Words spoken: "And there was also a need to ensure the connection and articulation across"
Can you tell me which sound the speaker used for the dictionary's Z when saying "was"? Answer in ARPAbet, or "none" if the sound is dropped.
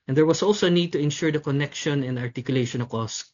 S